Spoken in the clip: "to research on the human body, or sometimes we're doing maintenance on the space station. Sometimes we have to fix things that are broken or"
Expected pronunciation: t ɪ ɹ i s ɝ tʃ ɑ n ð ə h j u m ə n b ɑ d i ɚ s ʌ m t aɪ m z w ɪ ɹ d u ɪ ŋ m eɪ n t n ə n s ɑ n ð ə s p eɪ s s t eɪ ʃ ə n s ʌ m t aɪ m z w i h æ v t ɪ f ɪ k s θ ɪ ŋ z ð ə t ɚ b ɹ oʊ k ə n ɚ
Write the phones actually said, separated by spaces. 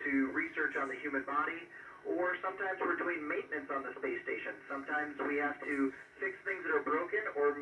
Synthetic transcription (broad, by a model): t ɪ ɹ i s ɝ tʃ n ð ə h j u m ə n b ɑ d i ɚ s ʌ m t aɪ m z w ɪ ɹ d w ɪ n m eɪ n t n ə n s n ð ə s p eɪ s s t eɪ ʃ ə n s ʌ m t aɪ m z w i h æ f t ɪ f ɪ k s θ ɪ ŋ z ð ə t ɚ b ɹ oʊ k ə n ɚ